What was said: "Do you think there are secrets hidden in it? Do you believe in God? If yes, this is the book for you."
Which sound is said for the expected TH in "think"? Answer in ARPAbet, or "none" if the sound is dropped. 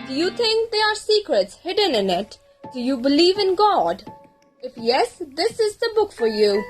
T